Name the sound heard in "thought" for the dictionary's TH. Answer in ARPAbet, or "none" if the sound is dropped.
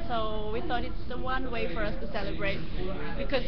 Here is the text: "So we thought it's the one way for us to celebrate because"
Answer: TH